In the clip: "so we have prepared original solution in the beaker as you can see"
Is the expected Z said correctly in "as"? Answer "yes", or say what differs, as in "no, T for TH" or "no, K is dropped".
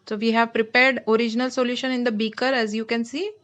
yes